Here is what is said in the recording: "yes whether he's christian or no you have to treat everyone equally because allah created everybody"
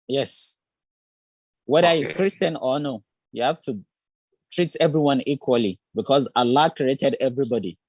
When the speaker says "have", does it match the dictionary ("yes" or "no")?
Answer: no